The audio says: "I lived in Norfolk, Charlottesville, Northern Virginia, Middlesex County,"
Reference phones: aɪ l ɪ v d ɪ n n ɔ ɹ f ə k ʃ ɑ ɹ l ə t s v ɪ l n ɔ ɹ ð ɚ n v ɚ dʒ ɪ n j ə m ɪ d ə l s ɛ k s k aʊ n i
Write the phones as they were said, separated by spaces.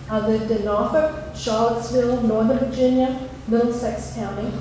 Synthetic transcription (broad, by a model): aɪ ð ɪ d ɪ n n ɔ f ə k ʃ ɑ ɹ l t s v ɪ l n ɔ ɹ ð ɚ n v ɚ dʒ ɪ n j ə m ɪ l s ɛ k s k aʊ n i